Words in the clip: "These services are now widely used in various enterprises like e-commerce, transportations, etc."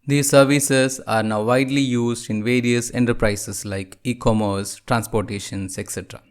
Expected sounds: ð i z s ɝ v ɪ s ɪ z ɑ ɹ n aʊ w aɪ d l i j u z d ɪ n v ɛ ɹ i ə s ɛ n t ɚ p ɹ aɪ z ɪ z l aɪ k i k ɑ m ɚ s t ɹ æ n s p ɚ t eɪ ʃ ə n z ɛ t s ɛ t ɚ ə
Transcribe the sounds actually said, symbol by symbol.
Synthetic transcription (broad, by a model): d i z s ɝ v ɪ s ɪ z ɑ ɹ n aʊ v aɪ d l i j u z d ɪ n v ɛ ɹ i ə s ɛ n t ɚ p ɹ aɪ s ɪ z l aɪ k i k ɑ m ɚ s t ɹ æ n s p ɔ t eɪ ʃ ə n s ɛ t s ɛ t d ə